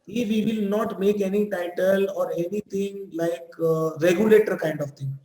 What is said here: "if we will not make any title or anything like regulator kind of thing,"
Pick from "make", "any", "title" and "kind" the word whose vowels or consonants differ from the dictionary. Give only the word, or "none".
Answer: none